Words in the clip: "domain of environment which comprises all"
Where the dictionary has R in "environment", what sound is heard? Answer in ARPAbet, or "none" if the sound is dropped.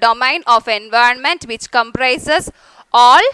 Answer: R